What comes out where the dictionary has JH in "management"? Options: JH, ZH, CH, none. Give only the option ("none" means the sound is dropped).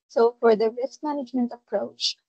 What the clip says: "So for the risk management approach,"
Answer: JH